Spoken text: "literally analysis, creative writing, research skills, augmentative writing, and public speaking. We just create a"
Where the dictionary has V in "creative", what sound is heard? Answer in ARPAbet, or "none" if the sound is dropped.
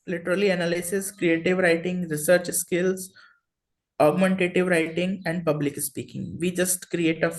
V